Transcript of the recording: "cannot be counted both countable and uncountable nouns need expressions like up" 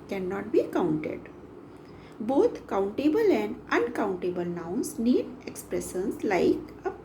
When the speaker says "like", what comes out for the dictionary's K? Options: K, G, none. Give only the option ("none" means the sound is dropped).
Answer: K